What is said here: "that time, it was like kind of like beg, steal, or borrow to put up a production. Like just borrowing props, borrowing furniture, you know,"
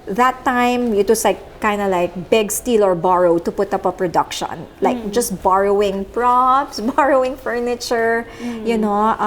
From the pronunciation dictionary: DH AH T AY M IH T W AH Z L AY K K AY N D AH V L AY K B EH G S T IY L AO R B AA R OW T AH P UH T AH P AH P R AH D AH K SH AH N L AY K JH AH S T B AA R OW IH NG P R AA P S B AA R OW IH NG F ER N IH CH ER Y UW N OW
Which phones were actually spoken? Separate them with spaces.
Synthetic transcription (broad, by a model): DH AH T AY M IH T W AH S L AY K K AY N D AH L AY K B EH G S T IY L AO R B AA R OW T AH P UH T AH P AH P R AH D AH K SH AH N L AY K JH AH S T B AA R OW IH NG P R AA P S B AA R OW IH NG F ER N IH CH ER Y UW N OW